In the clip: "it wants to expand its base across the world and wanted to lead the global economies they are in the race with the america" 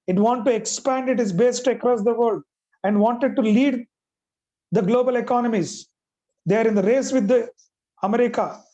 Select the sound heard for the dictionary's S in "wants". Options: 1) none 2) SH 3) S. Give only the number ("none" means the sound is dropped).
1